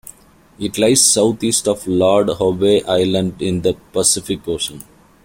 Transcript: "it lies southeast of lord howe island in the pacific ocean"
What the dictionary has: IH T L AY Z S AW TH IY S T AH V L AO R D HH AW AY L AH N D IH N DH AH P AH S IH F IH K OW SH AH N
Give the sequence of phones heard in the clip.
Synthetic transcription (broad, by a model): IH T L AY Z S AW T IY S T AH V L AO R D HH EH AY L AH N D IH N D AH P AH S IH F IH K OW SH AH N